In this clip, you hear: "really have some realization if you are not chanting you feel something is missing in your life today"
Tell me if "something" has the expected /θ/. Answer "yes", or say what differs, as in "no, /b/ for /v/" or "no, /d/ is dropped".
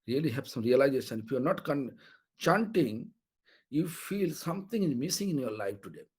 no, /t/ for /θ/